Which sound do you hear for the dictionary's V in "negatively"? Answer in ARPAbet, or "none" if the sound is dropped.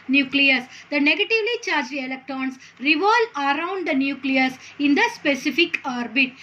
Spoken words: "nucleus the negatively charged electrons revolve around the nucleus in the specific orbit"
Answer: V